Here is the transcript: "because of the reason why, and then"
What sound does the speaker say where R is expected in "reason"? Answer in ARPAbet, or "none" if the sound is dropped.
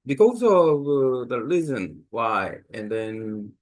L